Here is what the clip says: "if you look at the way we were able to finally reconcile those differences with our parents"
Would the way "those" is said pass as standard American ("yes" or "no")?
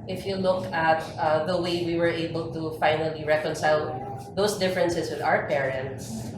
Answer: no